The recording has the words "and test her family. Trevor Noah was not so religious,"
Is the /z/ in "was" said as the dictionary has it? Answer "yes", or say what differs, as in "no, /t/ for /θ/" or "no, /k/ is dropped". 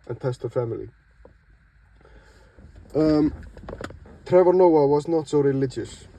yes